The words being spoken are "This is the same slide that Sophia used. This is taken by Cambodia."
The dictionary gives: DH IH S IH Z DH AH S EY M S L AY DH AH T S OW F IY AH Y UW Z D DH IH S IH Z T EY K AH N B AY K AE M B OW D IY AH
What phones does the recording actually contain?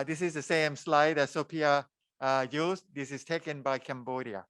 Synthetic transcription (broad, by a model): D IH S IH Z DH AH S EY M S L AY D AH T S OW P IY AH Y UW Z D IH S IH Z T EY K AH N B AY K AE M B OW D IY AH